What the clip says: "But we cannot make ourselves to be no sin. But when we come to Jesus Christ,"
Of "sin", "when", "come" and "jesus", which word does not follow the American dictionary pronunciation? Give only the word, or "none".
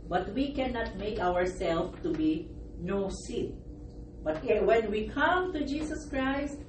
jesus